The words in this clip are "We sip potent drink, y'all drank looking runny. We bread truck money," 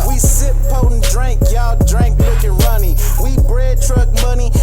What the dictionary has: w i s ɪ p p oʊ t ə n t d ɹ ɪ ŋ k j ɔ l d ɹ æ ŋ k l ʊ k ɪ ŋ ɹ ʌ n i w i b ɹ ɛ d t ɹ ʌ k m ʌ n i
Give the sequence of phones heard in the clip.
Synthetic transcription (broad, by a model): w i s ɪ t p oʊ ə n d ɹ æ ŋ k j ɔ d ɹ æ ŋ k w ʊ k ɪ ɹ ʌ n i w i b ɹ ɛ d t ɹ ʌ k m ʌ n i